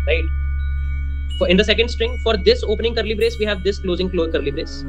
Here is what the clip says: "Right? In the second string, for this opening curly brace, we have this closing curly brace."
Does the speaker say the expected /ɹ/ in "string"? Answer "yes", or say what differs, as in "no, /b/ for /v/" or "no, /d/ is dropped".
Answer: yes